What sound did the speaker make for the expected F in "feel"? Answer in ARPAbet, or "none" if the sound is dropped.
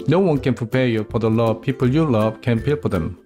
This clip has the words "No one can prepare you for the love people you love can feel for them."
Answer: P